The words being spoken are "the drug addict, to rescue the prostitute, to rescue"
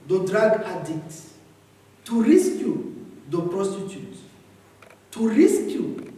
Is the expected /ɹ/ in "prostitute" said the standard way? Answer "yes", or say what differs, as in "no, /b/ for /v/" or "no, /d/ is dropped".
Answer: yes